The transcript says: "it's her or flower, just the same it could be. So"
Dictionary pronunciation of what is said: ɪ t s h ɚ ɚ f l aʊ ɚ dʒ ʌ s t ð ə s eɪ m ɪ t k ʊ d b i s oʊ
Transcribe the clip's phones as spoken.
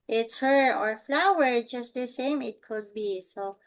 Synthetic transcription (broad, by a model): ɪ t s h ɚ ɚ f l aʊ ɚ dʒ ʌ s t ð ə s eɪ m ɪ t k ʊ d b i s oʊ